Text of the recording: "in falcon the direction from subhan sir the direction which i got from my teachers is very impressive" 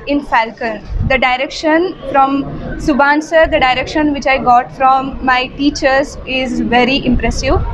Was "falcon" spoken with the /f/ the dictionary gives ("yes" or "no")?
yes